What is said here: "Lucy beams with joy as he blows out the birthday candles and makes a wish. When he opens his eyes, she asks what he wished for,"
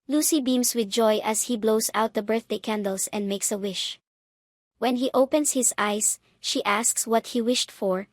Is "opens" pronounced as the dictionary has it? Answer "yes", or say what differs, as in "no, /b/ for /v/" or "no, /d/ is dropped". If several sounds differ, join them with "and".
no, /s/ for /z/